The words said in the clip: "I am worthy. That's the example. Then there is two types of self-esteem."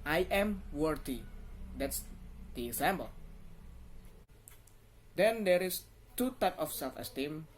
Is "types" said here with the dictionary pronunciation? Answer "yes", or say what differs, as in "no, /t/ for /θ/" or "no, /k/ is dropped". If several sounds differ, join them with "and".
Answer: no, /s/ is dropped